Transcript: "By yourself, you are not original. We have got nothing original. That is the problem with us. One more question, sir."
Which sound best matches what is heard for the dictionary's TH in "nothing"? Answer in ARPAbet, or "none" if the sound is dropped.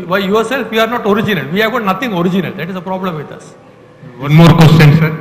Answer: T